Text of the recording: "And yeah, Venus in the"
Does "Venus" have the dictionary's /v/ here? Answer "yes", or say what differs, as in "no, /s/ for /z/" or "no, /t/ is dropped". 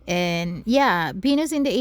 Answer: no, /b/ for /v/